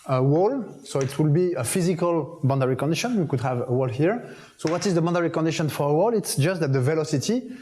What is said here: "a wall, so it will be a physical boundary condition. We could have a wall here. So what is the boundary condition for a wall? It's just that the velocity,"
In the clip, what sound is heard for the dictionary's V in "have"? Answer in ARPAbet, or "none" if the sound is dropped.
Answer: V